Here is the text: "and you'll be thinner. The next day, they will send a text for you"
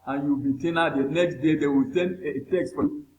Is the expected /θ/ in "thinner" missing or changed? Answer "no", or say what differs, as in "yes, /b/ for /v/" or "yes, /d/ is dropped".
yes, /t/ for /θ/